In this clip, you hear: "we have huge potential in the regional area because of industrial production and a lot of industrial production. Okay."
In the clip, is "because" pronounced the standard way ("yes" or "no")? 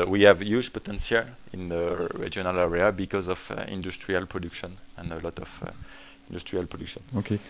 yes